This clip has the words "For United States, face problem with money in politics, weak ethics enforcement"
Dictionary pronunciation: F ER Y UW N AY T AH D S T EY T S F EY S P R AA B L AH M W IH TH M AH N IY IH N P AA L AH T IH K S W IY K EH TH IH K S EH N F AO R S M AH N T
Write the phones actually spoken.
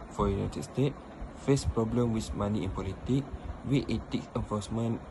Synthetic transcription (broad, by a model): F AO Y UW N AY T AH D S T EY T F EY S P R AA B L AH M W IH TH M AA N IY IH N P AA L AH T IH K W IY EH T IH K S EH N F AO S M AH N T